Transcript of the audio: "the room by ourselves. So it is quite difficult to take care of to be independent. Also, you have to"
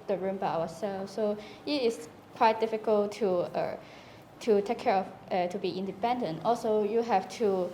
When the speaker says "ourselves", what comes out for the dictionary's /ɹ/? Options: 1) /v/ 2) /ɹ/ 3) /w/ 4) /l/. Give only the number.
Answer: 3